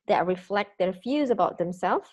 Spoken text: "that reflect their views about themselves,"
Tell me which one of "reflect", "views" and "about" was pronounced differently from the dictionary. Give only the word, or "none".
views